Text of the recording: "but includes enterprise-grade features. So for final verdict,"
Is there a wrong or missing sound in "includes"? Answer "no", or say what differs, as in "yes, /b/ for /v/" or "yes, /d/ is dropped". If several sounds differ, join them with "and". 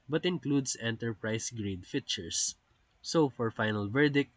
yes, /s/ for /z/